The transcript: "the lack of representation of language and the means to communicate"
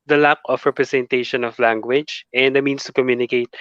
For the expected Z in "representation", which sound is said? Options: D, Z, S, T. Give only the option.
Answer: S